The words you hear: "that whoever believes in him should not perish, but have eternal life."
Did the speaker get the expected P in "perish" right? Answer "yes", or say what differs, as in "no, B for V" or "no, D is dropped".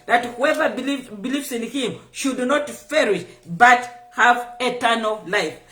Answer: no, F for P